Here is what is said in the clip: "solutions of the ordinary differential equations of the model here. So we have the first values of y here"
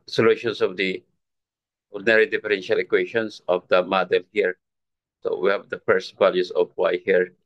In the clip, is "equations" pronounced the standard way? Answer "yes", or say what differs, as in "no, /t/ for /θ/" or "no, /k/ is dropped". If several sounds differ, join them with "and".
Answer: no, /ʃ/ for /ʒ/ and /s/ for /z/